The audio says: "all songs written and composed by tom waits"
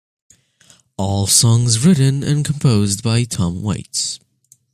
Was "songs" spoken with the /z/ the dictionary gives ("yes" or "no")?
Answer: yes